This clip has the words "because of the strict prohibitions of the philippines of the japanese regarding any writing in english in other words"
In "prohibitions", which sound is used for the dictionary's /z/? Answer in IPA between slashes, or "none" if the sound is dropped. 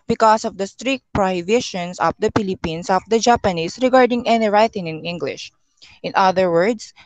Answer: /s/